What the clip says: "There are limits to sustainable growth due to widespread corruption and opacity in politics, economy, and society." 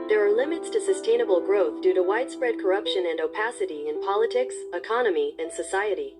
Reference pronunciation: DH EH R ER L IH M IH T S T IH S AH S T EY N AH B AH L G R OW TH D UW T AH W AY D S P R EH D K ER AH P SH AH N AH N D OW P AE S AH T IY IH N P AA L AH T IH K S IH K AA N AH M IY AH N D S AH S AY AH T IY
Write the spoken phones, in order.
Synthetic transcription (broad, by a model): DH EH R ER L IH M IH T S T IH S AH S T EY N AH B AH L G R OW TH D UW T AH W AY D S P R EH D K ER AH P SH AH N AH N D OW P AE S AH T IY IH N P AA L AH T IH K S IH K AA N AH M IY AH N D S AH S AY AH T IY